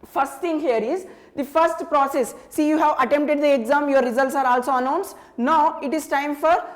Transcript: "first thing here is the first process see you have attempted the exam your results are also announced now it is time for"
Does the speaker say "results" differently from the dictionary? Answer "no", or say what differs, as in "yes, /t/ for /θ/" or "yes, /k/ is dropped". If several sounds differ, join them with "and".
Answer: no